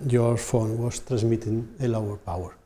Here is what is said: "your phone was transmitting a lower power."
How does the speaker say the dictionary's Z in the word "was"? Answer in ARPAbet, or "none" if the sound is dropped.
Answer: S